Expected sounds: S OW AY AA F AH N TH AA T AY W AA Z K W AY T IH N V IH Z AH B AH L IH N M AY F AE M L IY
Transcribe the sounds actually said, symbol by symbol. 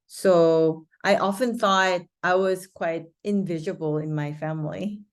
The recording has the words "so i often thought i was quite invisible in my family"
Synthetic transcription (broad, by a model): S OW AY AA F AH N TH AA T AY W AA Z K W AY T IH N V IH Z AH B AH L IH N M AY F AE M L IY